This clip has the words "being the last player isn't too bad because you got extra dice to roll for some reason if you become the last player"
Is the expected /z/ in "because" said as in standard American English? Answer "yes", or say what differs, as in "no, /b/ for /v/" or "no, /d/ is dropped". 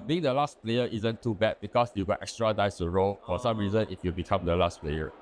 no, /s/ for /z/